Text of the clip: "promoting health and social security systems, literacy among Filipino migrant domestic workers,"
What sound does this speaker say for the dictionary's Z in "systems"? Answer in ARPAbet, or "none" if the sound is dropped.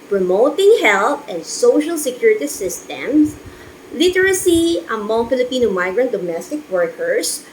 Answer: S